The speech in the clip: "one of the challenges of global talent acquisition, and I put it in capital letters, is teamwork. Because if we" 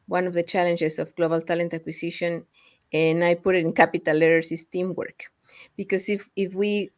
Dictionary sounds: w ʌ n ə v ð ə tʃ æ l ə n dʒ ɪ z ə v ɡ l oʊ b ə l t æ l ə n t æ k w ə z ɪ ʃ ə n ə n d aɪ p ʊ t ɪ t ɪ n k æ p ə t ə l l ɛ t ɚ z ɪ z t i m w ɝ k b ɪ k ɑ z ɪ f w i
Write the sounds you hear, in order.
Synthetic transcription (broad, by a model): w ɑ n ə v ð ə tʃ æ l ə n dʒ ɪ s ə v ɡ l oʊ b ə l t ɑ l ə n t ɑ k w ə s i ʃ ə n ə n aɪ p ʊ t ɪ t ɪ n k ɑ p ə t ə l l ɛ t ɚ s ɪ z t i m w ɝ k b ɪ k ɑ s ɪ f w i